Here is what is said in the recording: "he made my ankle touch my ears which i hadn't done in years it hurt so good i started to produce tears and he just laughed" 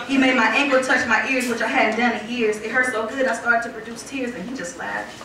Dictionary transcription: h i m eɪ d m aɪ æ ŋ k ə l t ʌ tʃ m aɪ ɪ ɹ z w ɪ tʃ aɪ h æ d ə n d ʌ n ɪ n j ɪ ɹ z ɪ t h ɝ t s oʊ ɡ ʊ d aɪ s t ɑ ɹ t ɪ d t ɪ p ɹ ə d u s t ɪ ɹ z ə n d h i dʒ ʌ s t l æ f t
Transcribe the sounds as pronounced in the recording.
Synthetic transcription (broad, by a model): h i m eɪ d m aɪ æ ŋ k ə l t ʌ tʃ m aɪ ɪ ɹ z w ɪ tʃ aɪ h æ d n d ʌ n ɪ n j ɪ ɹ z ɪ t h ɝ s oʊ ɡ ʊ d aɪ s t ɑ ɹ t ɪ d t ɪ p ɹ ə d u s t ɪ ɹ z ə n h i dʒ ʌ s t l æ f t